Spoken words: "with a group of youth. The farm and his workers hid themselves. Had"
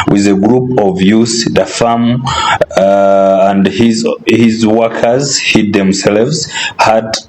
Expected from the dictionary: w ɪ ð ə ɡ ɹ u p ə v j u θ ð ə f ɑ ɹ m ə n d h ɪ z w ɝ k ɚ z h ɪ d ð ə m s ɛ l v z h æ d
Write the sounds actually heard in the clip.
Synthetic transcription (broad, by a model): w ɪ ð ə ɡ ɹ u p ə v j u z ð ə f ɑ m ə n d h ɪ z w ɝ k ɚ z h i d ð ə m s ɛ l v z h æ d